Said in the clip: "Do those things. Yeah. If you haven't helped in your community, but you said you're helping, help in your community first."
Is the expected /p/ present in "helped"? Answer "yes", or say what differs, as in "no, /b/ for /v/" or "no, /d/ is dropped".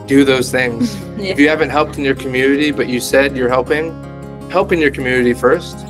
yes